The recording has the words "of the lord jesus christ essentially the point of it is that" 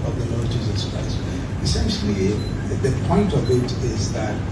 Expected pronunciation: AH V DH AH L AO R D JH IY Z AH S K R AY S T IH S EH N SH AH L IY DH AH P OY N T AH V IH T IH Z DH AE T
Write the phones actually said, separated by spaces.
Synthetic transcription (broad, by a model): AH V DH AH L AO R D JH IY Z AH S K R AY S IH S EH N SH AH L IY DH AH P OY N T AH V IH T IH Z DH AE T